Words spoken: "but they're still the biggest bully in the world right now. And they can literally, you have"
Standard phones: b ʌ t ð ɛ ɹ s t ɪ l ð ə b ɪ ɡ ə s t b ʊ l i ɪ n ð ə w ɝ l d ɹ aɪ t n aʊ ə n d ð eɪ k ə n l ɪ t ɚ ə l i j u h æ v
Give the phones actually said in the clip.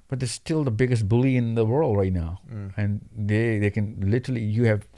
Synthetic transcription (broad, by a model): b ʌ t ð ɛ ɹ s t ɪ l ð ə b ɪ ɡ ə s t b ʊ l i ɪ n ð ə w ɝ l d ɹ aɪ t n aʊ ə n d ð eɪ k ə n l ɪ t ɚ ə l i j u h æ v